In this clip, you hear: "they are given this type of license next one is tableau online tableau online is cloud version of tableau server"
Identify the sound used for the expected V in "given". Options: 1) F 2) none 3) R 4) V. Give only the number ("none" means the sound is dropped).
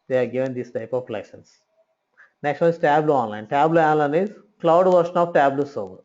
4